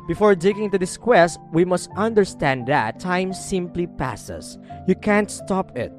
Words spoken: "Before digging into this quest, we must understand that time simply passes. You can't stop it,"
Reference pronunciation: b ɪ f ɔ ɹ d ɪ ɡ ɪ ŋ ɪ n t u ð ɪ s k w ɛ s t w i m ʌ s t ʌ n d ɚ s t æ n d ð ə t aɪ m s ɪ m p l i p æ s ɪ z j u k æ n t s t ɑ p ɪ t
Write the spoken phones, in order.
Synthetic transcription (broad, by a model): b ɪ f ɔ ɹ d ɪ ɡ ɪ ŋ t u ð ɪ s k w ɛ s t w i m ʌ s t ʌ n d ɚ s t æ n d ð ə t aɪ m s ɪ m p l i p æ s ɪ s j u k æ n t s t ɑ p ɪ t